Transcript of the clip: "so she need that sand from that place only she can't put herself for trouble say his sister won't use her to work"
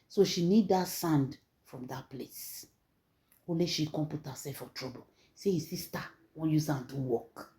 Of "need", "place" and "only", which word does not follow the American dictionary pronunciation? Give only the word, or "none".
only